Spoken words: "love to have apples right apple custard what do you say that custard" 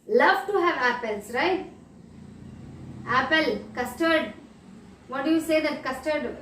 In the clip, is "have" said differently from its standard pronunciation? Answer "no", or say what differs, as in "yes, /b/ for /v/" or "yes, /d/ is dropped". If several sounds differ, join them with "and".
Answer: no